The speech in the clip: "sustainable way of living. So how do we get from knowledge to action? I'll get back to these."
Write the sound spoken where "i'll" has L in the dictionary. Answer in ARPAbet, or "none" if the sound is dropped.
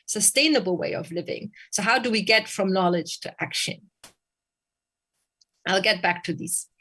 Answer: L